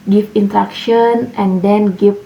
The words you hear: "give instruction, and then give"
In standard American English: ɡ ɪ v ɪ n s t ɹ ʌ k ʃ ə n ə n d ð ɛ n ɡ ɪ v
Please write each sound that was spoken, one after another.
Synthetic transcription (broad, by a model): ɡ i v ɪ n t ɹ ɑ k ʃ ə n ə n d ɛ n ɡ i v